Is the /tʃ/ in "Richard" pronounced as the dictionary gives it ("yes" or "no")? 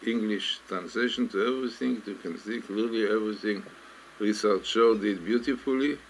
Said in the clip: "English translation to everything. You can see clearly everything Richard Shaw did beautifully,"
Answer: no